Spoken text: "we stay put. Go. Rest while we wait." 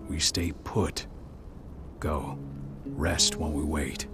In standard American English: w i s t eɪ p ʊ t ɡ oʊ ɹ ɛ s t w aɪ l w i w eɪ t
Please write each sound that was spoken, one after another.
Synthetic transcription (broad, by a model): w i s t eɪ p ʊ t ɡ oʊ ɹ ɛ s t w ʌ n w i w eɪ t